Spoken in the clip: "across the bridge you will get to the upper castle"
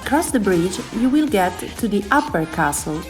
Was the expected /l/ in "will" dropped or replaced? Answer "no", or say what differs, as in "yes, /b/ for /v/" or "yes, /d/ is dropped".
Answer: no